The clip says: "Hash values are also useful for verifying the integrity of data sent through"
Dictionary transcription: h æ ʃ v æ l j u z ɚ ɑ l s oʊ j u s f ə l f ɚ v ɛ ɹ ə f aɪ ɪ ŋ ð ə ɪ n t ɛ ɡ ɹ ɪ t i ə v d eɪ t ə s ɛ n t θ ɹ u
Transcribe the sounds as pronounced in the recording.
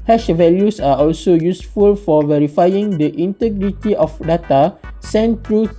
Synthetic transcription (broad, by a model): h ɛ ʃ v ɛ l j u s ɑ ɑ l s oʊ j u s f ə l f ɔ v ɛ ɹ ə f aɪ ɪ ŋ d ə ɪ n t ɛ ɡ ɹ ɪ t i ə f d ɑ t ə s ɛ n t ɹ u